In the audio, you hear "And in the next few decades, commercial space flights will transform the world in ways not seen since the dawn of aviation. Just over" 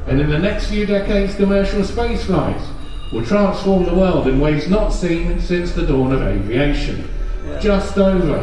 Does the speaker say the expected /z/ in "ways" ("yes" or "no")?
yes